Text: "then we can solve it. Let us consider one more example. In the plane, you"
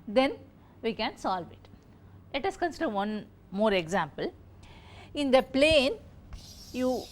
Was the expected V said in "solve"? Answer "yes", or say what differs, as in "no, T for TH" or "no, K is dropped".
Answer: yes